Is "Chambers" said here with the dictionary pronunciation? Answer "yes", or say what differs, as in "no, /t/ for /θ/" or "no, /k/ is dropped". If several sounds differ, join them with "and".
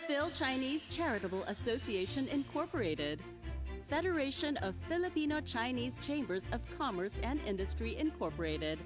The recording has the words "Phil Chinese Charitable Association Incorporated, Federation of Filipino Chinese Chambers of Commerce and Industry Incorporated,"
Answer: yes